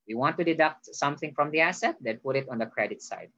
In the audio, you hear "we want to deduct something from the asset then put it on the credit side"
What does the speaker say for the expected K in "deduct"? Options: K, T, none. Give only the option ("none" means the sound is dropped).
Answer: K